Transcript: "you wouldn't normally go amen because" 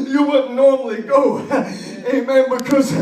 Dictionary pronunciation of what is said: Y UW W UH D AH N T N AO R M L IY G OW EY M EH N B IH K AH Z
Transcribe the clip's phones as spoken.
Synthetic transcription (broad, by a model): Y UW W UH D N N AO R M L IY G OW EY M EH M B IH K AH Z